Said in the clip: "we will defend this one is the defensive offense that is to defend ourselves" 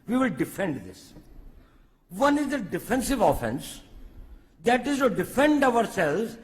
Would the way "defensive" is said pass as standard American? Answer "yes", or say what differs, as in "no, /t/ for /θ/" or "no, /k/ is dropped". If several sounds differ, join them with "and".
yes